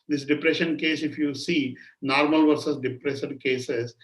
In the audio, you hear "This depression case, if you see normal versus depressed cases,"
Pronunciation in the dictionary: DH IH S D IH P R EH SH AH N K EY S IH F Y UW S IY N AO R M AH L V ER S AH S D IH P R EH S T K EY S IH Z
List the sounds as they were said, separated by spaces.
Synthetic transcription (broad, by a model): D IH S D IH P R EH SH AH N K EY S IH F Y UW S IY N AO R M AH L V ER S AH S D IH P R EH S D K EY S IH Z